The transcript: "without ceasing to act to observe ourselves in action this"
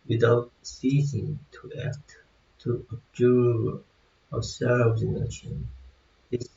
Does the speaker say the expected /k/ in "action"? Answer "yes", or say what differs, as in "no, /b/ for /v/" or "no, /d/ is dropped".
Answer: no, /k/ is dropped